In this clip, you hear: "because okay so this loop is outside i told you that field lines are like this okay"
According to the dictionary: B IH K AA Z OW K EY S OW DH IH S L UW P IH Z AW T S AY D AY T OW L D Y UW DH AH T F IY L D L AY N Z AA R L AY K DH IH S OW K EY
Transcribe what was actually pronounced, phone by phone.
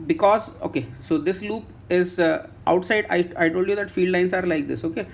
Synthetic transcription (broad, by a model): B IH K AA Z OW K EY S OW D IH S L UW P IH Z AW T S AY D AY T OW L D Y UW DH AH T F IY L D L AY N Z AA R L AY K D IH S OW K EY